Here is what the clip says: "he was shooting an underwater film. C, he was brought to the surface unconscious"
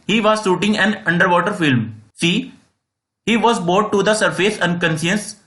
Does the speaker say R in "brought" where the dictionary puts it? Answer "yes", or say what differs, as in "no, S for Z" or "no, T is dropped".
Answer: no, R is dropped